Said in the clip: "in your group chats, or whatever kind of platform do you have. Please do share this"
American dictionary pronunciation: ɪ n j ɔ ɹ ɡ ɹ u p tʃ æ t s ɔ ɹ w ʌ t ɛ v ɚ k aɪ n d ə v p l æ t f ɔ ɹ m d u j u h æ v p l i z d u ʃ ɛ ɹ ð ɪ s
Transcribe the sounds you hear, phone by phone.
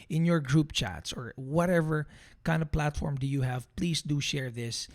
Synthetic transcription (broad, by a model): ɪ n j ɔ ɹ ɡ ɹ u p tʃ æ t s ɔ ɹ w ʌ t ɛ v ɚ k aɪ n d ə v p l æ t f ɔ ɹ m d u j u h æ v p l i s d u ʃ ɛ ɹ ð ɪ s